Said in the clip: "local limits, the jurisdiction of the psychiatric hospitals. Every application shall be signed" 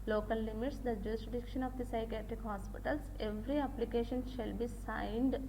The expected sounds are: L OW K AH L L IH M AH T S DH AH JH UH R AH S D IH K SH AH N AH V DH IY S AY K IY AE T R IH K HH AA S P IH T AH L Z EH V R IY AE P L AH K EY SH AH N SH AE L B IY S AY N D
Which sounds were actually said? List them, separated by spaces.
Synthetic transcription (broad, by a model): L OW K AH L L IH M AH T S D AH JH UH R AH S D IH K SH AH N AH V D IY S AY K IY AE T R IH K HH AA S P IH T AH L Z EH V R IY AE P L AH K EY SH AH N SH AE L B IY S AY N D